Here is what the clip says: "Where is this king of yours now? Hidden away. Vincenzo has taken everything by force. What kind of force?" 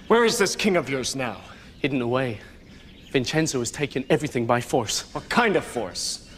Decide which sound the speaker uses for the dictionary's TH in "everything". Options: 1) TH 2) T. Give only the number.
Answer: 1